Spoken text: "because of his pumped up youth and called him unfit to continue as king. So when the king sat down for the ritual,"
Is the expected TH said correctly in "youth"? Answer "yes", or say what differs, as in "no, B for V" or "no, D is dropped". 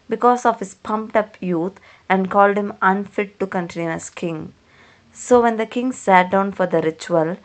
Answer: no, T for TH